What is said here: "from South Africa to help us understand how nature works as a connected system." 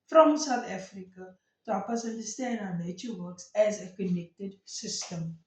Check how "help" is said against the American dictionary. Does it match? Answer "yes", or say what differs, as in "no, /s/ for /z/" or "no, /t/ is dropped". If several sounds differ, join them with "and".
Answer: no, /l/ is dropped